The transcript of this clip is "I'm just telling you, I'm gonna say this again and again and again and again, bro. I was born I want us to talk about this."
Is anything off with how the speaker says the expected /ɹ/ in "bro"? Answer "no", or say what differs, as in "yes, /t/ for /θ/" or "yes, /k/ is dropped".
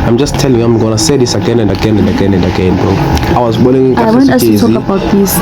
yes, /ɹ/ is dropped